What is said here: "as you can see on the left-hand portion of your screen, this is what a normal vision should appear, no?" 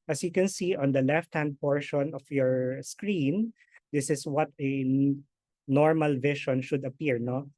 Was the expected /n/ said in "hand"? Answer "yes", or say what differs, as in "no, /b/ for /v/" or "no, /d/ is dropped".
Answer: yes